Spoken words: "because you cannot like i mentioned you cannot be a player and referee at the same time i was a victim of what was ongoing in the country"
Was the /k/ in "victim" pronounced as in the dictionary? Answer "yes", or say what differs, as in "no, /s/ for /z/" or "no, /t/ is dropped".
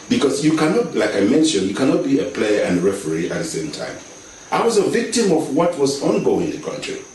yes